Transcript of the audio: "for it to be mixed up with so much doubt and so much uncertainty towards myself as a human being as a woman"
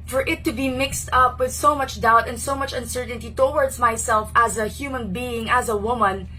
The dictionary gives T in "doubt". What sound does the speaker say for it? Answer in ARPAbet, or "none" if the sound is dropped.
T